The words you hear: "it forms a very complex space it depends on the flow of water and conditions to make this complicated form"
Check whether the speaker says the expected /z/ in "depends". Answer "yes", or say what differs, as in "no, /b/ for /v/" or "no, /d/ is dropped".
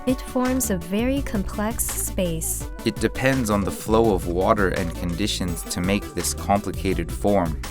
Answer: yes